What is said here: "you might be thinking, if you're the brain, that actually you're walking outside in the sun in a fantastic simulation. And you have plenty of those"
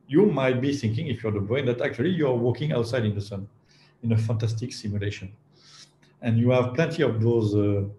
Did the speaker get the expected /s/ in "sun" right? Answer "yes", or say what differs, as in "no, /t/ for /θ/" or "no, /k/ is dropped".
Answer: yes